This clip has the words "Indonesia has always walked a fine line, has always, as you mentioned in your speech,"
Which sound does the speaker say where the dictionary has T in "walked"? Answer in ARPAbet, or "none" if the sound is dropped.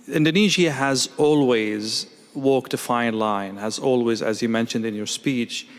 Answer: T